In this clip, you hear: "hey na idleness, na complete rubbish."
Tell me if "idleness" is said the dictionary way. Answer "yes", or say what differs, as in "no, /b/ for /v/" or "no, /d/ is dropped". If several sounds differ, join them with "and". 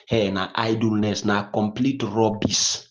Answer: yes